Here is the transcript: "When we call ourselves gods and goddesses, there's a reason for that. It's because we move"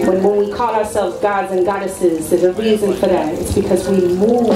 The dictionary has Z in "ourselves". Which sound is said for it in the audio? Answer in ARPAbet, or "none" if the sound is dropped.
Z